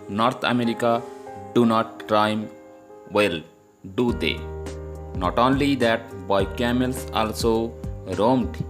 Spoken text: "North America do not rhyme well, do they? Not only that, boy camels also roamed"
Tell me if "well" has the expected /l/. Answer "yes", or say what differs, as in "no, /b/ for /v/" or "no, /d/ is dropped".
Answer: yes